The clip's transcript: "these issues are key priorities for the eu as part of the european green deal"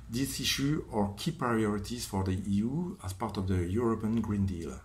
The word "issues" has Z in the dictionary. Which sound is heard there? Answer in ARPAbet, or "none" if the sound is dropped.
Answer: none